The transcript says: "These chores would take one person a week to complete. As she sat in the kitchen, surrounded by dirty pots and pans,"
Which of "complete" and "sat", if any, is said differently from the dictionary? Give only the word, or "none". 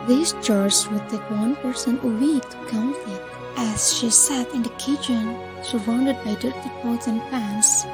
complete